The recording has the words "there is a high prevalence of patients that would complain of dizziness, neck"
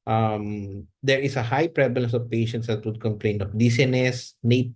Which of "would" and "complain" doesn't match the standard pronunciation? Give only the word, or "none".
none